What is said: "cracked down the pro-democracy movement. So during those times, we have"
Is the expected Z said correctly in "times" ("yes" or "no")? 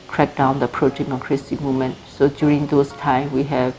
no